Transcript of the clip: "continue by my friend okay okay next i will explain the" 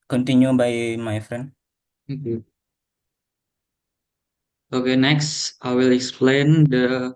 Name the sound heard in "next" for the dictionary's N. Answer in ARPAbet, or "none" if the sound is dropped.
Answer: N